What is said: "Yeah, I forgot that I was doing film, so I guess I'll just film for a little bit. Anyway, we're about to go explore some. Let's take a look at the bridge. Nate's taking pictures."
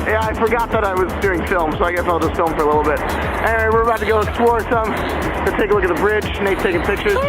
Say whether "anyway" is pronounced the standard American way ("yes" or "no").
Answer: no